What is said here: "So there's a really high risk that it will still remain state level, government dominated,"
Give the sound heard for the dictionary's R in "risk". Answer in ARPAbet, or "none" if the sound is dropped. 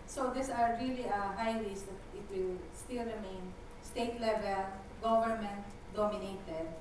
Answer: L